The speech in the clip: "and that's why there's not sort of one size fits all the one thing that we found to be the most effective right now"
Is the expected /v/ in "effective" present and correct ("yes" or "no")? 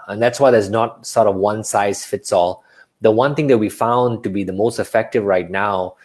yes